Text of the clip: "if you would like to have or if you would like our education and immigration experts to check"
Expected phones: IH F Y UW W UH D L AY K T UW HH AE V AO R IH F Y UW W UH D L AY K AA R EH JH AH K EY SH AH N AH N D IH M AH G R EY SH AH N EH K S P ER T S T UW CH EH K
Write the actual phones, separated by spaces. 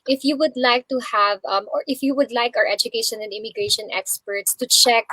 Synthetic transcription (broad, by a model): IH F Y UW W UH D L AY K T UW HH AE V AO R IH F Y UW W UH D L AY K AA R EH JH AH K EY SH AH N AH N D IH M AH G R EY SH AH N EH K S P ER T S T UW CH EH K